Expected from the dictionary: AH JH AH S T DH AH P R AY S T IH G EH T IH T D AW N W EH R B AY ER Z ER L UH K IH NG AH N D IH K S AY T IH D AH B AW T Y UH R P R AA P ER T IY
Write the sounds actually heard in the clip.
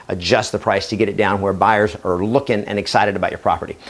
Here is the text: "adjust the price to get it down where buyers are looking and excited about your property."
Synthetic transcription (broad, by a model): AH JH AH S T DH AH P R AY S T IH G EH T IH T D AW N W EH R B AY ER Z ER L UH K IH NG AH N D IH K S AY T IH D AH B AW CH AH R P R AA P ER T IY